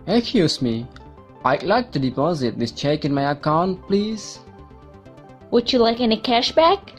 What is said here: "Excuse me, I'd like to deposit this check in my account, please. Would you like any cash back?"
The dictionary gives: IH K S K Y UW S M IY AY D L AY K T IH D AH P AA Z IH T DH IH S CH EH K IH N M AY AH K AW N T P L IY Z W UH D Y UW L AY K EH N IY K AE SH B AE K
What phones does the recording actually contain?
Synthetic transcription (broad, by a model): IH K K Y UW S M IY AY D L AY K T IH D AH P AA Z IH T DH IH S CH EH K IH N M AY AH K AW N T P L IY Z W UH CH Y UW L AY K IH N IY K AE SH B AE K